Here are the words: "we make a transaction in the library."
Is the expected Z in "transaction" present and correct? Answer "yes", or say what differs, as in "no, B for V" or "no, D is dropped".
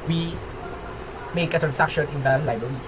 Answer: no, S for Z